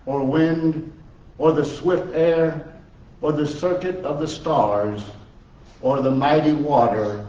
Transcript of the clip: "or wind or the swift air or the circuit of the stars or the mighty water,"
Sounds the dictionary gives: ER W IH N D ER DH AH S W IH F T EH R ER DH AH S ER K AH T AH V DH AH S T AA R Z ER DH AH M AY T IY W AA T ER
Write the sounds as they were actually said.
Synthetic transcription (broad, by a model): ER W IH N D ER DH AH S W IH F T EH R ER DH AH S ER K AH T AH V DH AH S T AA R Z ER DH AH M AY T IY W AA T ER